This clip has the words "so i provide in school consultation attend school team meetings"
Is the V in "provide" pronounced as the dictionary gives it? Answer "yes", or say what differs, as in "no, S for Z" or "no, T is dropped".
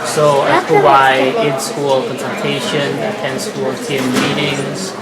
no, W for V